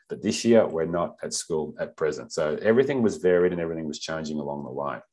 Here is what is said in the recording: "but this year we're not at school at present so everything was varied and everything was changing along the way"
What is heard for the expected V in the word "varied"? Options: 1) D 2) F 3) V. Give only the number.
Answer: 3